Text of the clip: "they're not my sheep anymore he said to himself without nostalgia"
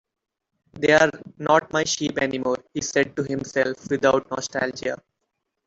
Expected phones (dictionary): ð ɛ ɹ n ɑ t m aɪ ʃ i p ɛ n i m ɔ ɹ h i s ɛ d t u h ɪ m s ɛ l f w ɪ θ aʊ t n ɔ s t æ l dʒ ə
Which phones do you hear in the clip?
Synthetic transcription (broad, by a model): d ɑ ɹ n ɑ t m aɪ ʃ i p ɛ n i m ɔ ɹ h i s ɛ d t u h ɪ m s ɛ l f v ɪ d aʊ t n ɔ s t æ l dʒ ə